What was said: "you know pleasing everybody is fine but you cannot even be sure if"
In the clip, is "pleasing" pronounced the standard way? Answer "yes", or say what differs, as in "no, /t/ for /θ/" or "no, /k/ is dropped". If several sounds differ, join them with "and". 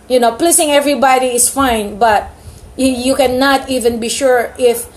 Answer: no, /s/ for /z/